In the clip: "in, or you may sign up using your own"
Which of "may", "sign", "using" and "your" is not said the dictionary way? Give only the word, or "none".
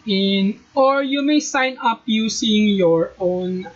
using